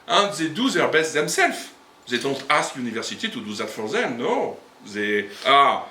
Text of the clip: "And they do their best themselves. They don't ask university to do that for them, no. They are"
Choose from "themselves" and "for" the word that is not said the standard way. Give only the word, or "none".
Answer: themselves